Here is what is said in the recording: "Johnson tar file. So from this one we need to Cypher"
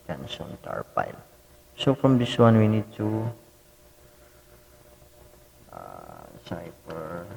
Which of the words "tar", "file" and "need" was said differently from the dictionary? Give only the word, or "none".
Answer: file